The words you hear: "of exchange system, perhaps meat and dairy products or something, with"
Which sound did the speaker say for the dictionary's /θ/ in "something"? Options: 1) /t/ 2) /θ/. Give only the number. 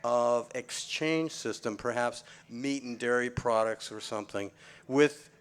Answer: 2